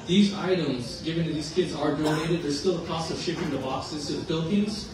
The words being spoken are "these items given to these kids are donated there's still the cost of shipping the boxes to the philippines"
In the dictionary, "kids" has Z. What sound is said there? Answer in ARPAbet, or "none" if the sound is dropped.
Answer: Z